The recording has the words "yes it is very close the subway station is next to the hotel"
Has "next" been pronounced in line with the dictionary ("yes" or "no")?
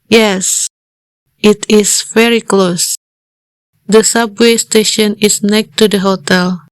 no